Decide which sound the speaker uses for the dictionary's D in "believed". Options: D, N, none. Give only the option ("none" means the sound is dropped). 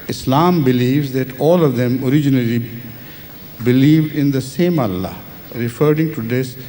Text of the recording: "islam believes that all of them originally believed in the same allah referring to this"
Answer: D